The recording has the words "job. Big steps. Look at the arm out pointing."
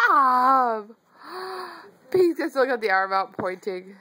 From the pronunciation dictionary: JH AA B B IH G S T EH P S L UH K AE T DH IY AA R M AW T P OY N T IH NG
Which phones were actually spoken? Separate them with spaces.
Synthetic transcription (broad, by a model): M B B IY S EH S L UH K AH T DH IY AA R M AW T P OY N T IH NG